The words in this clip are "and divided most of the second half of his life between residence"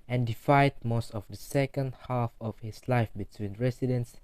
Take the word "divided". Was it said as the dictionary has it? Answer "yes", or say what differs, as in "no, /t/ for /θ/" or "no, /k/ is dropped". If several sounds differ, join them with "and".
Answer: no, /f/ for /v/